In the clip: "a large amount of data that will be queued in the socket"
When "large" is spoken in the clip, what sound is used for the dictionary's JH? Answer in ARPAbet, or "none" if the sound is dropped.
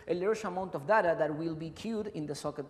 SH